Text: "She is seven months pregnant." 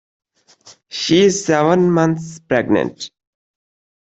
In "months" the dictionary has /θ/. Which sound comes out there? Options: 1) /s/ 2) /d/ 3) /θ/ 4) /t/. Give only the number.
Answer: 4